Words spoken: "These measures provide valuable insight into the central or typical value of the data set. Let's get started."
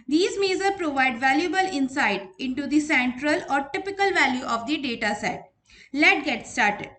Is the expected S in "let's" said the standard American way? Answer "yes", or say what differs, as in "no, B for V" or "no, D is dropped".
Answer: no, S is dropped